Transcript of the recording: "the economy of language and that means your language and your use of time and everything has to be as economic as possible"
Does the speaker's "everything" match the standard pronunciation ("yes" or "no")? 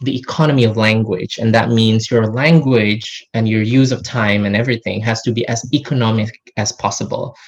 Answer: yes